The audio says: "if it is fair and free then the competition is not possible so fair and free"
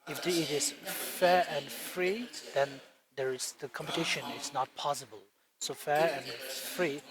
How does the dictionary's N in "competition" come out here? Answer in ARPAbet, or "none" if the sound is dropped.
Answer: N